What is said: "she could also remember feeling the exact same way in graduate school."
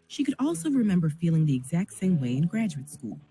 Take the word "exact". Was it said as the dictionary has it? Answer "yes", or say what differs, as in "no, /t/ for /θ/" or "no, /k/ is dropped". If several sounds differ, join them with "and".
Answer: yes